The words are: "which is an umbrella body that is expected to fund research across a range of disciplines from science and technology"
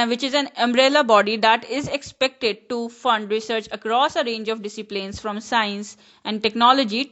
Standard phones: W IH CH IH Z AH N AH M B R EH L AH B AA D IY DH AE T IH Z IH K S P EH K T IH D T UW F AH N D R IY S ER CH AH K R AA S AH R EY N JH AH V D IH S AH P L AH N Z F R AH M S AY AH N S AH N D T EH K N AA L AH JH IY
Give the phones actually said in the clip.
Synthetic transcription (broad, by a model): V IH CH IH Z AH N AH M B R EH L AH B AA D IY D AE T IH Z IH K S P EH K T IH D T UW F AH N D R IY S ER CH AH K R AA S AH R EY N JH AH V D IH S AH P L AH N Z F R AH M S AY AH N S AH N D T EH K N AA L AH JH IY